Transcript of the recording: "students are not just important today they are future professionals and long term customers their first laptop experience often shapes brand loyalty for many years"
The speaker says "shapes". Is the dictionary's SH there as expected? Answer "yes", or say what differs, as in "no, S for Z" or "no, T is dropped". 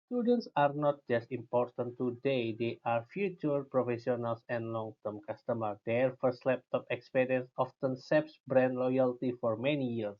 no, S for SH